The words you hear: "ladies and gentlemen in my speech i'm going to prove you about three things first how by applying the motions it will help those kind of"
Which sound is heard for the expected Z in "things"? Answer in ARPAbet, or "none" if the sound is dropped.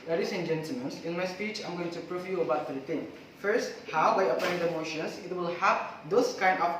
none